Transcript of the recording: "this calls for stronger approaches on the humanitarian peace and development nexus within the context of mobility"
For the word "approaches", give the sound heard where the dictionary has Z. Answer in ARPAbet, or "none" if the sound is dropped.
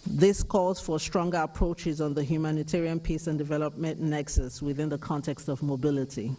Z